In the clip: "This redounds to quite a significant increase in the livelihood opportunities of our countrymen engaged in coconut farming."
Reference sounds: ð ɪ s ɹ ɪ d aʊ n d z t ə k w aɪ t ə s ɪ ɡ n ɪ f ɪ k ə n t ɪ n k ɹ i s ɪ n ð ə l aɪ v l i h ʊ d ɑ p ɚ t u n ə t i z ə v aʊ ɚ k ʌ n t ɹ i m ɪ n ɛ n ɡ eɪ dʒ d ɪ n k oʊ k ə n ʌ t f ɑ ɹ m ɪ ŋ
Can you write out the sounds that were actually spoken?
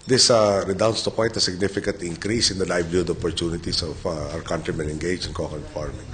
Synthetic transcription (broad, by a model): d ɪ s ɹ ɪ d aʊ n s t ə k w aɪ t ə s ɪ ɡ n ɪ f ɪ k ə n t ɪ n k ɹ i s ɪ n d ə l aɪ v l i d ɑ p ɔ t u n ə t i s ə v aʊ ɚ k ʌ n t ɹ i m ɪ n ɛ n ɡ eɪ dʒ ɪ n k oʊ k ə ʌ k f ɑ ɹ m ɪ